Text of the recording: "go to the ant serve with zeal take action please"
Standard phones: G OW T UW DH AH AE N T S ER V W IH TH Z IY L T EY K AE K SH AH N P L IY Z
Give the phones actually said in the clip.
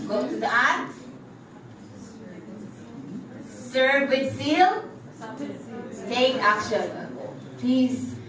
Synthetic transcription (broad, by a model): G OW T UW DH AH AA T S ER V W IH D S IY L T EY K AE K SH AH N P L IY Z